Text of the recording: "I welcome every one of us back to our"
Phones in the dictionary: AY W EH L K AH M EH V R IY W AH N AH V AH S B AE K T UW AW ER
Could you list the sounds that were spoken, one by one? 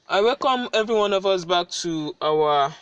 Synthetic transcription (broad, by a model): AY W EH L K AH M EH V R IY W AH N AH V AH S B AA K T UW AW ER